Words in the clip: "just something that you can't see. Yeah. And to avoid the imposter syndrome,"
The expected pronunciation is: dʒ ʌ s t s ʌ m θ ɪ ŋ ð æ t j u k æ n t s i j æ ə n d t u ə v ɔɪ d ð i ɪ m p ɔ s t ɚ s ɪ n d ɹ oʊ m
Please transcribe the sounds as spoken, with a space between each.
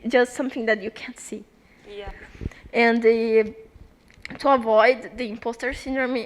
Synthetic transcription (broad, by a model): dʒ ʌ s t s ʌ m θ ɪ ŋ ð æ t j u k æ n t s i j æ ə n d t u ə v ɔɪ d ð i ɪ m p ɔ s t ɚ s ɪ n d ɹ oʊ m